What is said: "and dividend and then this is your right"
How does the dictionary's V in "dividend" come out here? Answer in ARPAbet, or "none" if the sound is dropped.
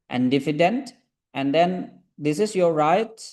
F